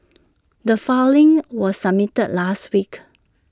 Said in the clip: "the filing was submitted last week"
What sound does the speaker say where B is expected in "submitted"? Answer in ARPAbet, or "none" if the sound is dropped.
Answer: none